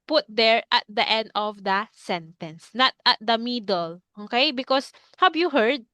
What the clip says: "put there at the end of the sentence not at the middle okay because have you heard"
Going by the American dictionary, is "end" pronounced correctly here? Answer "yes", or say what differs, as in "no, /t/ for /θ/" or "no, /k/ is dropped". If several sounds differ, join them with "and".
yes